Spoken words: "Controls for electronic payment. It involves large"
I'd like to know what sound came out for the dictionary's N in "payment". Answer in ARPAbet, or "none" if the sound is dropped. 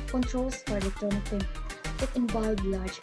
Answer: none